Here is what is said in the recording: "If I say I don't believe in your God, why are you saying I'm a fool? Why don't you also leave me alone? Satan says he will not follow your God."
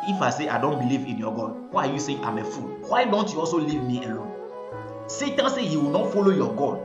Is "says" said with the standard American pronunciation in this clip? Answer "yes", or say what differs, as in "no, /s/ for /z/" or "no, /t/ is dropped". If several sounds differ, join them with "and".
no, /z/ is dropped